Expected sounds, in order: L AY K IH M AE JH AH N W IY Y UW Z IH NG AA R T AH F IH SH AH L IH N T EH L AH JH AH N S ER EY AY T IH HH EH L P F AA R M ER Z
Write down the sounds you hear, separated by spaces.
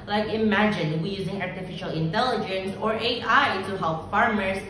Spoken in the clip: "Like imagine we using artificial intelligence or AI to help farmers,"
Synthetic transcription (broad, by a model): L AY K IH M AE JH AH N W IY Y UW Z IH NG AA R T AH F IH SH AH L IH N T EH L AH JH AH N S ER EY AY T IH HH EH L P F AA R M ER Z